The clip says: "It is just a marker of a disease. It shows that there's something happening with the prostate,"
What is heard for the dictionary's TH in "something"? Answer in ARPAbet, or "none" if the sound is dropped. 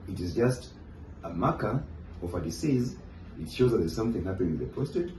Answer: TH